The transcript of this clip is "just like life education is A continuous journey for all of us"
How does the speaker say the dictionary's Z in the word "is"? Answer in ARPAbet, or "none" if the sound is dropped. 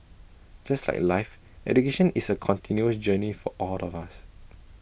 S